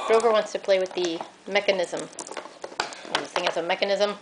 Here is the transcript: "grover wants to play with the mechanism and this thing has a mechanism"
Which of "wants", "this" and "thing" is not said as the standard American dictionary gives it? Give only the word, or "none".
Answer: this